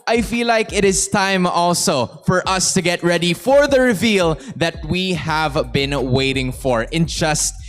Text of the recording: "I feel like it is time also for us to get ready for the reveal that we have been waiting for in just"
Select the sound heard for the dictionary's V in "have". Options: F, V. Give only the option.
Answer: V